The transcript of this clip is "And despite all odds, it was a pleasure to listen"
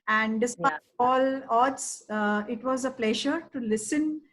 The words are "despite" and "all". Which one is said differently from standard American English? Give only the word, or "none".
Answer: despite